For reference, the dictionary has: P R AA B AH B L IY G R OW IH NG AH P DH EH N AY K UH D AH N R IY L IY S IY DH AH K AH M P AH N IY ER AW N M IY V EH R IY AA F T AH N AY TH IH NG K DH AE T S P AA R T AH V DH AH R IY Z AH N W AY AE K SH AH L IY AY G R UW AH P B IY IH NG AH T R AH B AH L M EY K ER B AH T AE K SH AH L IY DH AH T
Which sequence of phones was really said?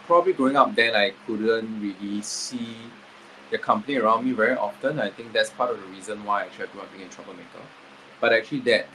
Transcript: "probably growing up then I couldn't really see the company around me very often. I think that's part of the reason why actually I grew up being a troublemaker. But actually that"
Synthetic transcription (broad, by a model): P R AA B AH B L IY G R OW IH NG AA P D EH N AY K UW D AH N R IY L IY S IY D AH K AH M P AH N ER AW N M IY V EH R IY AA F T AH N AY T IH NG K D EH T S P AA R T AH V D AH R IY Z AH N W AY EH K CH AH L IY AY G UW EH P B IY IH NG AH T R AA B AH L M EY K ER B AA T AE K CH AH L IY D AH T